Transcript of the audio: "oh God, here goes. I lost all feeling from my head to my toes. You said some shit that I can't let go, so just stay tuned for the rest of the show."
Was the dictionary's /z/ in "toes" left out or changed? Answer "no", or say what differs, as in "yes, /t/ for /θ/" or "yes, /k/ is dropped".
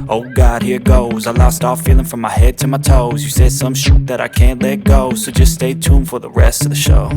no